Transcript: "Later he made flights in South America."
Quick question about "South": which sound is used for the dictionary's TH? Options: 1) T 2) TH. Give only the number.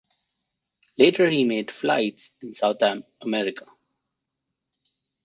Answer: 1